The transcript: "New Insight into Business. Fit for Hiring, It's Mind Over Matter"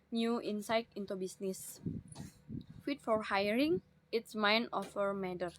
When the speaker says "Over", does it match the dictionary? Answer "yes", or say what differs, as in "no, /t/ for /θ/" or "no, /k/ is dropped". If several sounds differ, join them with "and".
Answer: no, /f/ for /v/